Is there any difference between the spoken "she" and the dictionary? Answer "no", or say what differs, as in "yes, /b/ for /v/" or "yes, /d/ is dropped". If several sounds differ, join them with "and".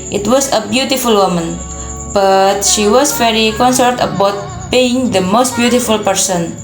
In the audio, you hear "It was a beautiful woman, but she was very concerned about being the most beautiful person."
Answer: no